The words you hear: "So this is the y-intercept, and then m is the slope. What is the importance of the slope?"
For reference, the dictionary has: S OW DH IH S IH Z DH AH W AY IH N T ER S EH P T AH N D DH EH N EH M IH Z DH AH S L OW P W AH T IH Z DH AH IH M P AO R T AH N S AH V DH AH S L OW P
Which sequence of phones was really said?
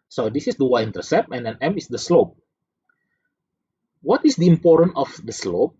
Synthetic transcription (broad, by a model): S OW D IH S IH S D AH W AY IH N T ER S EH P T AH N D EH N EH M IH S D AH S L OW P W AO T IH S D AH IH M P AO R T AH N AH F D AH S L OW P